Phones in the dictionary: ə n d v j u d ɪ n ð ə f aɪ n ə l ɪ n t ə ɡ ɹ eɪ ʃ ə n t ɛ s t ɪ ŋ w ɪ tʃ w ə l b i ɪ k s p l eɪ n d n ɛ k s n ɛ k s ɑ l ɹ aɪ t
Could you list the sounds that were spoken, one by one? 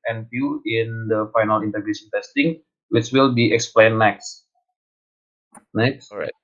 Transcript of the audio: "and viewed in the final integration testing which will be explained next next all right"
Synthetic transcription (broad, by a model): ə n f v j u ɪ n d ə f aɪ n ə l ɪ n t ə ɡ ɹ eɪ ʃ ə n t ɛ s t ɪ ŋ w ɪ s w ə l b i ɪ k s p l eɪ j n ɛ k s n ɛ k s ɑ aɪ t